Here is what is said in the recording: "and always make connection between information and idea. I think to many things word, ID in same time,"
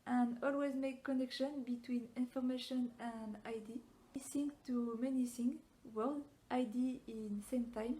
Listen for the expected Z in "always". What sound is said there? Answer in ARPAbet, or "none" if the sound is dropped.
Z